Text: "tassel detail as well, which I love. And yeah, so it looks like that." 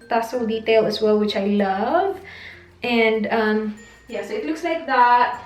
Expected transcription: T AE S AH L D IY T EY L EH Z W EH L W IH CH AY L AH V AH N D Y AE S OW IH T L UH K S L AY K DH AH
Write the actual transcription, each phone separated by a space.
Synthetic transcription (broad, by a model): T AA S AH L D IY T EY L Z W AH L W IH CH AY L AH V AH N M Y AE S OW IH T L UH K S L AY K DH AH